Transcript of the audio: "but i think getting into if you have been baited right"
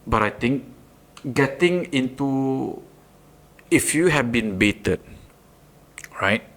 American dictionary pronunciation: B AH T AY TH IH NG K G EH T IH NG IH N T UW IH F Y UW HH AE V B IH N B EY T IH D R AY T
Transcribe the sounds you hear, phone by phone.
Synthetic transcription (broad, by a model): B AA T AY T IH NG K G EH T IH NG IH N T UW IH F Y UW HH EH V B IH N B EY T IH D R AY T